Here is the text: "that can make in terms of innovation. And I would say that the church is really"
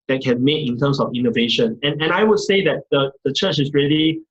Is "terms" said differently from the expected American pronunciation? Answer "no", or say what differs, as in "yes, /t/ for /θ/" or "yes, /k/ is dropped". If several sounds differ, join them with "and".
yes, /s/ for /z/